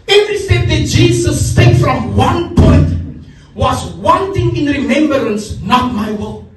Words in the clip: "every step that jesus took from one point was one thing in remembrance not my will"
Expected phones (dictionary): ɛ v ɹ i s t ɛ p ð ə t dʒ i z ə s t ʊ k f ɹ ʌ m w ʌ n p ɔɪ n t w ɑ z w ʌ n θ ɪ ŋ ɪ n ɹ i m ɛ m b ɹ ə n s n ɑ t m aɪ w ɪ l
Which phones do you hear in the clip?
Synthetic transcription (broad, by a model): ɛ v ɹ i s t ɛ p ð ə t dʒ i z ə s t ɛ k f ɹ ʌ m w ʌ n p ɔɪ t w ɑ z w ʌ n t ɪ ŋ ɪ n ɹ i m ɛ m b ɹ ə n s n ɑ t m aɪ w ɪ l